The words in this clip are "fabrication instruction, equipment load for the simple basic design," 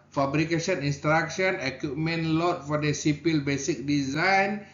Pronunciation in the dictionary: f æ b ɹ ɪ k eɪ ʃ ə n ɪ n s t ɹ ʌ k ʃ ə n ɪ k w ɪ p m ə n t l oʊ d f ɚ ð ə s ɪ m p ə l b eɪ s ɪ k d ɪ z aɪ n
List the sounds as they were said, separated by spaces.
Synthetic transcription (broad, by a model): f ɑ b ɹ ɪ k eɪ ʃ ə n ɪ n s t ɹ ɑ k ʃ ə n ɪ k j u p m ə n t l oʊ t f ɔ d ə s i p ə l b eɪ s ɪ k d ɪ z aɪ n